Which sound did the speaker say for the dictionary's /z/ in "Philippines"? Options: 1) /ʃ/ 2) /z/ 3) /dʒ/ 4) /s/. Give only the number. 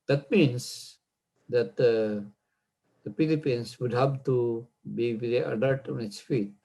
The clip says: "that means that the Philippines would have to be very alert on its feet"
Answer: 4